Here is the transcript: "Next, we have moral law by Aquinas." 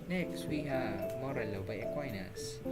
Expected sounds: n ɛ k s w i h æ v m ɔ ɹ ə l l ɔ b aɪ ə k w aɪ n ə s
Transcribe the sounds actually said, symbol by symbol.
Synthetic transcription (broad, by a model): n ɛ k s w i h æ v m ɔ ɹ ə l l ɔ b aɪ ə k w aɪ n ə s